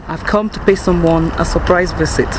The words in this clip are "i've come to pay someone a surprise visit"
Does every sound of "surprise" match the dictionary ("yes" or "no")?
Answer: yes